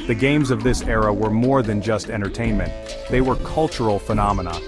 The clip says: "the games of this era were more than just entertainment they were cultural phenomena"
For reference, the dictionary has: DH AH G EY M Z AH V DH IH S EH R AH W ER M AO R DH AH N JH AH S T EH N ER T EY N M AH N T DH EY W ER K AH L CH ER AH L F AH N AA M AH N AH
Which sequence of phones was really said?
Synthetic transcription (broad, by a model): DH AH G EY M Z AH V DH IH S EH R AH W ER M AO R DH AH N JH AH S T EH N ER T EY N M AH N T DH EY W ER K AH L CH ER L F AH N AA M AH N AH